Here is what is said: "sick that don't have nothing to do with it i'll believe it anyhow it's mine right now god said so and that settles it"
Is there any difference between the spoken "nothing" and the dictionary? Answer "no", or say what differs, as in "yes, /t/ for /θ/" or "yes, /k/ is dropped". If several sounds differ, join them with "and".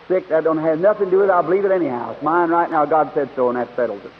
no